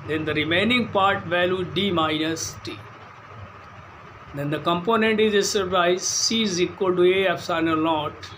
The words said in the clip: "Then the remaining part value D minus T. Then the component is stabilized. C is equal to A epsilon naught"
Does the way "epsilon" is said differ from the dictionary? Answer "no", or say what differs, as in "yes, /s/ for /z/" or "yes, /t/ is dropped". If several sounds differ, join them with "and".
yes, /n/ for /l/